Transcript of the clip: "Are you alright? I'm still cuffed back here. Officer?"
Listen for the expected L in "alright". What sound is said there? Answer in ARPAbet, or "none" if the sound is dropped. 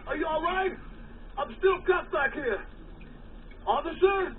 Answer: L